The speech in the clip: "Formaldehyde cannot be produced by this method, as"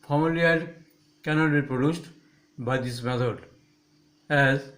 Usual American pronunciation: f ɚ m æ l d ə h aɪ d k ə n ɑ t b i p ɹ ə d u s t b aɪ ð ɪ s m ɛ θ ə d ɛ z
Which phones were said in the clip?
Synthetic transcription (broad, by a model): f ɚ m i l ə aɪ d k ə n ɑ t b i p ɹ ə d u s t b aɪ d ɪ s m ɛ t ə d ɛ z